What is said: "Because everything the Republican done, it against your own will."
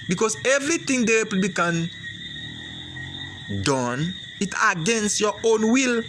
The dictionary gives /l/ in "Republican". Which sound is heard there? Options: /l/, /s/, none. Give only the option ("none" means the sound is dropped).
none